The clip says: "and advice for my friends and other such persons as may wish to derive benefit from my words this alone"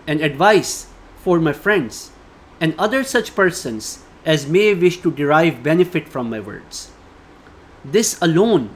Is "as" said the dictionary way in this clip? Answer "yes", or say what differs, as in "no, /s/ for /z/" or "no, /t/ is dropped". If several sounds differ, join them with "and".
yes